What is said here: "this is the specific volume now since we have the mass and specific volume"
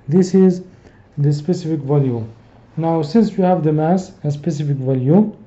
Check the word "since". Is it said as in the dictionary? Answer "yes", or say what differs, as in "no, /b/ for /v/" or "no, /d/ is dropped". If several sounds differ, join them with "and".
yes